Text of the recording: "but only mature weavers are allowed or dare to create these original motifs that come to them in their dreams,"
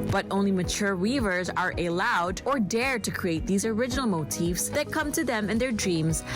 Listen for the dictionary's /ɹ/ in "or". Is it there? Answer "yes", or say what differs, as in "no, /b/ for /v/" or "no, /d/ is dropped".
yes